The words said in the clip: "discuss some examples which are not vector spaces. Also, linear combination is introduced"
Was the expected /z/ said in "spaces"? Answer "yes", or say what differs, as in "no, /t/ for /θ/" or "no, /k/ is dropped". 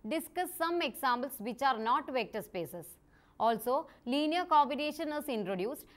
no, /s/ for /z/